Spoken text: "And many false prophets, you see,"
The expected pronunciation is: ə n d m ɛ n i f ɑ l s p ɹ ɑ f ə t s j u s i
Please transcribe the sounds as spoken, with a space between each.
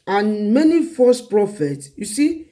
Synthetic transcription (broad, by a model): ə n m ɛ n i f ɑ s p ɹ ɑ f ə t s j u s i